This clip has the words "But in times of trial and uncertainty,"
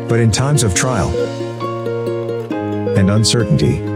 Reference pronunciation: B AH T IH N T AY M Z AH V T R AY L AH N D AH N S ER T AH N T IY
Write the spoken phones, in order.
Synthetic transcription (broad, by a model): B AH T IH N T AY M Z AH V T R AY L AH N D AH N S ER T N T IY